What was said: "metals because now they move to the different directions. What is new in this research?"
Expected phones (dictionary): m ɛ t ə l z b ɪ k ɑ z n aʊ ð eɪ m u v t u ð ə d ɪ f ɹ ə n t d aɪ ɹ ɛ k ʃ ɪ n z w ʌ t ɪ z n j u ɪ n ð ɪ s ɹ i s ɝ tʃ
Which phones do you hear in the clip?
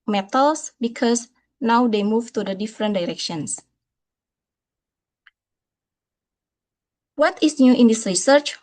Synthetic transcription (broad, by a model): m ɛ t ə l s b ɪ k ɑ s n aʊ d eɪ m u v t u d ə d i f ɹ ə n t d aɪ ɹ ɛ k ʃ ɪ n s w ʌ t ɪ s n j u ɪ n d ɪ s ɹ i s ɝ tʃ